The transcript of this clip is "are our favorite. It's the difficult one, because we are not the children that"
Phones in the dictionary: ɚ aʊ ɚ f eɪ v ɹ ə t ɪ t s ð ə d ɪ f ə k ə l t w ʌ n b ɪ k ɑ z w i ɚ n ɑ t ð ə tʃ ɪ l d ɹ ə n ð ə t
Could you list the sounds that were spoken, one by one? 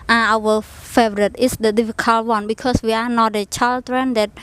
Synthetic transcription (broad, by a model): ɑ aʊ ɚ f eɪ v ɹ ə t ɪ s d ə d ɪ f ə k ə l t w ʌ n b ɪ k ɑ s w i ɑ n ɑ t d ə tʃ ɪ l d ɹ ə n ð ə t